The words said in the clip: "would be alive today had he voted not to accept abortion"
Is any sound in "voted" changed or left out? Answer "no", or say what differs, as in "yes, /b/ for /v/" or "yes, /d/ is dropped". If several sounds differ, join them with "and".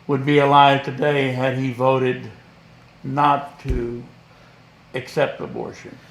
no